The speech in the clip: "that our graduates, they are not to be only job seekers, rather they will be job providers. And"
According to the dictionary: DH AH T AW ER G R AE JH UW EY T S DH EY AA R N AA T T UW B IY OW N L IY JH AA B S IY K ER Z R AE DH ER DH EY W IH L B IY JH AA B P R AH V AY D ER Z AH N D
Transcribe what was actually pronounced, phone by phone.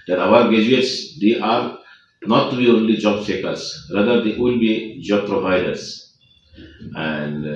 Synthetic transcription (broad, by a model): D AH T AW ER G EH JH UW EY T S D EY AA R N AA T T UW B IY OW N L IY JH AA B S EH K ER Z R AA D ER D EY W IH L B IY JH AA B P R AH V AY D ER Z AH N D